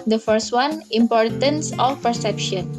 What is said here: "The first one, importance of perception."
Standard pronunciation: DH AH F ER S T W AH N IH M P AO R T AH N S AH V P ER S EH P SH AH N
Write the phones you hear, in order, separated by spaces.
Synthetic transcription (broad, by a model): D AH F ER S T W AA N IH M P AO R T AH N S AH F P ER S EH P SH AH N